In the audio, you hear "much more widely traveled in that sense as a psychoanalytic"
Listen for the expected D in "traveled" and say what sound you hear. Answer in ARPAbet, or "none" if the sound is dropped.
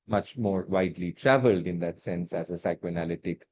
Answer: D